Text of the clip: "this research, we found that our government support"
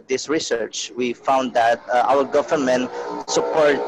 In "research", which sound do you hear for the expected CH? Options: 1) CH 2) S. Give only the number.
1